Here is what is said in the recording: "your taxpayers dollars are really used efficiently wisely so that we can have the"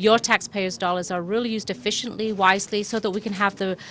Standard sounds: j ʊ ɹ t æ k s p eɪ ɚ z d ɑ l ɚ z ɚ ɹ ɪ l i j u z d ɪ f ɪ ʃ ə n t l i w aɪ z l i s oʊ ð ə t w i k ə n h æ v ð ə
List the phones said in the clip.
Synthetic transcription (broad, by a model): j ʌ ɹ t æ k s p eɪ ɚ z d ɑ l ɚ z ɚ ɹ ɪ l i j u z d ɪ f ɪ ʃ ə n t l i w aɪ z l i s oʊ ð ə t w i k ə n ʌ v ð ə